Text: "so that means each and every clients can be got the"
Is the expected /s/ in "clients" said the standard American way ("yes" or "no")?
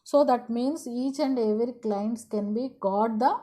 yes